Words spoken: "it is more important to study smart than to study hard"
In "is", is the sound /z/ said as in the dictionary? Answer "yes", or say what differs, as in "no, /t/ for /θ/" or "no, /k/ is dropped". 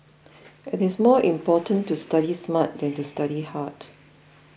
no, /s/ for /z/